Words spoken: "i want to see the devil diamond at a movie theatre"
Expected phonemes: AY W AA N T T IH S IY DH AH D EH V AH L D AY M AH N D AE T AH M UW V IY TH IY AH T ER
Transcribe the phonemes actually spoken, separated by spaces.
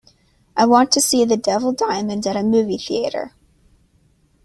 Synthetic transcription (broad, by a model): AY W AA N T T IH S IY DH AH D EH V L D AY M AH N D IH T AH M UW V IY TH IY AH T ER